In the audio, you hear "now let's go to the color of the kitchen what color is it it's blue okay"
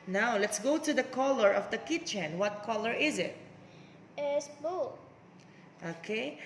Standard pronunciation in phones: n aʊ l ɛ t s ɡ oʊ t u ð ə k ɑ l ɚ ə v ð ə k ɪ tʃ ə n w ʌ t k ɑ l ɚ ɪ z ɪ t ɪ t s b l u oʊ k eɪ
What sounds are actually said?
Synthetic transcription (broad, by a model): n aʊ l ɛ t s ɡ oʊ t u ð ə k ɑ l ɚ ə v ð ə k ɪ tʃ ə n w ʌ t k ɑ l ɚ ɪ z ɪ t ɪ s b u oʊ k eɪ